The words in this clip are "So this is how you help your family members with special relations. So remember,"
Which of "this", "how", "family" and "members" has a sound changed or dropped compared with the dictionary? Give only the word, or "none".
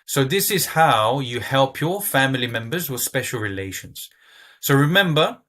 none